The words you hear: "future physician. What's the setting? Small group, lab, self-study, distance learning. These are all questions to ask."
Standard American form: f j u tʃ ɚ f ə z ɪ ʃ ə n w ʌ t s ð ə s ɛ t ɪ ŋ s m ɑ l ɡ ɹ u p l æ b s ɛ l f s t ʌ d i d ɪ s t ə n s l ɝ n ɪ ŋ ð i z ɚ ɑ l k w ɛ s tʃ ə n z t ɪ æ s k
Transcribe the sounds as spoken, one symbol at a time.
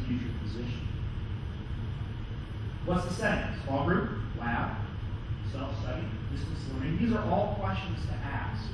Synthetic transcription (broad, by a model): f j u tʃ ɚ p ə z ɪ ʃ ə n w ʌ t s ð ə s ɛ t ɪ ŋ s ɑ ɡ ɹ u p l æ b s ɛ l f s t ʌ d i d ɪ s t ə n s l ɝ ɪ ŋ ð i z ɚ ɑ l k w ɛ s tʃ ə n z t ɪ æ s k